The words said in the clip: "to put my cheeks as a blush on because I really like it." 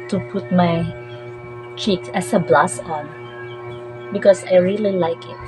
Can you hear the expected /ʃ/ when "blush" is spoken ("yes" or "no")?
no